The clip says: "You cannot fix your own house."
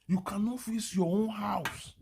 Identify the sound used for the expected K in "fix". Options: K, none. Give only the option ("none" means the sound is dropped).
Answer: none